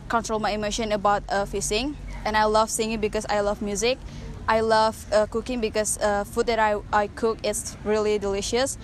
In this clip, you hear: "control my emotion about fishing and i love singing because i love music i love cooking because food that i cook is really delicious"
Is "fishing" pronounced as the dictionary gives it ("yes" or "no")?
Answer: no